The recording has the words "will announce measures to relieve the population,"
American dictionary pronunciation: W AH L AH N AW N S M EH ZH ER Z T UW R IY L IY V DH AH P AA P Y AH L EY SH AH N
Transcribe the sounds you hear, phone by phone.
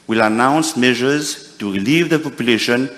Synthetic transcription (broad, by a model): W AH L AH N AW N S M EH ZH ER Z T UW R IY L IY V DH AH P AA P Y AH L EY SH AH N